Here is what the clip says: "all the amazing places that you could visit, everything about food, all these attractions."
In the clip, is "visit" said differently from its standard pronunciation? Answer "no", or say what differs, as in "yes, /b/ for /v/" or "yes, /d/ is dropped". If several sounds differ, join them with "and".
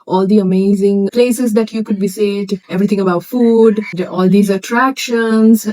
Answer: yes, /b/ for /v/ and /s/ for /z/